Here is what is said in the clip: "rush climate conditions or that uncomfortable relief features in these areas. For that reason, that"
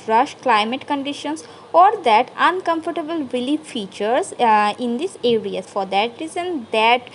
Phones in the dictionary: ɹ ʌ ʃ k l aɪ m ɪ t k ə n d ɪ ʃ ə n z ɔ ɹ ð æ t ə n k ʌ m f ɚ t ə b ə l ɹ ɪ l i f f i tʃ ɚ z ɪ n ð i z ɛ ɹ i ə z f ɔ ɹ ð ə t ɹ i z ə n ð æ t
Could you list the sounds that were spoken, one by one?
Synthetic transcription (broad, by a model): ɹ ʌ ʃ k l aɪ m ɪ t k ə n d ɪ ʃ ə n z ɔ ɹ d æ t ə n k ʌ m f ɚ t ə b ə l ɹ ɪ l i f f i tʃ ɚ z ɪ n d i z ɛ ɹ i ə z f ɔ ɹ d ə t ɹ i z ə n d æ t